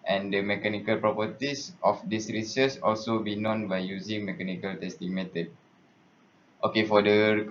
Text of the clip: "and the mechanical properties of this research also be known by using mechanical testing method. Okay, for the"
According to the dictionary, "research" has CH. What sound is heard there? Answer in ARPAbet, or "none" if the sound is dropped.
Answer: S